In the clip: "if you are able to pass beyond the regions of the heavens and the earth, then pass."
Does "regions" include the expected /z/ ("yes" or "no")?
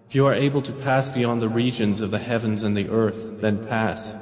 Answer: yes